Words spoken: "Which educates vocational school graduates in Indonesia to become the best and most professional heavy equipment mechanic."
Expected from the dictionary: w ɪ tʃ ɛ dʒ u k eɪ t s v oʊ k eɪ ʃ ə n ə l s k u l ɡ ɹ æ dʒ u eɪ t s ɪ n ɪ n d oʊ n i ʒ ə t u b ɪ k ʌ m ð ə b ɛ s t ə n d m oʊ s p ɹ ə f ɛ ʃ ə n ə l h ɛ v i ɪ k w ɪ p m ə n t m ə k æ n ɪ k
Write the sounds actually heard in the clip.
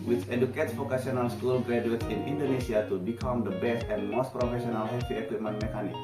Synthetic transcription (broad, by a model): w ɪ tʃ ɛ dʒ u k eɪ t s f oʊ k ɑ s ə n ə l s k u l ɡ ɹ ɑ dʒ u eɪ t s ɪ n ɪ n d oʊ n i s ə t u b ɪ k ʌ m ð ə b ɛ s t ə n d m oʊ s p ɹ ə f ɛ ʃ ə n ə l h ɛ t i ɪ k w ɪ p m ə n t m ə k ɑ n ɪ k